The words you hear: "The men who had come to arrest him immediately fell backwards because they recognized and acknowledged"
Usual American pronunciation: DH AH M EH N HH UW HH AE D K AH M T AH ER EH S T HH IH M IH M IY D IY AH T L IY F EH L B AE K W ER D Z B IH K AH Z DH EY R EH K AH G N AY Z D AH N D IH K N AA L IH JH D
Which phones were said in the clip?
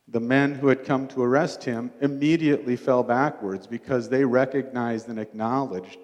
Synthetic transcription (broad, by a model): DH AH M EH N HH UW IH D K AH M T AH ER EH S T HH IH M IH M IY D IY AH T L IY F EH L B AE K W ER D Z B IH K AH Z DH EY R EH K AH G N AY Z D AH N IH K N AA L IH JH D